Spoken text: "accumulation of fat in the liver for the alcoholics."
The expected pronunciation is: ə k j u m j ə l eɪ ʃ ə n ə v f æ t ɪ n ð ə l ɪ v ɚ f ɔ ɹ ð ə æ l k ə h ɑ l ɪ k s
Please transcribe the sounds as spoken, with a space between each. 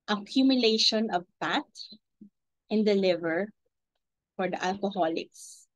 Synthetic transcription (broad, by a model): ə k j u m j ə l eɪ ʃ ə n ə v p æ t ɪ n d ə l ɪ v ɚ f ɔ ɹ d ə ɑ l k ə h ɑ l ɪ k s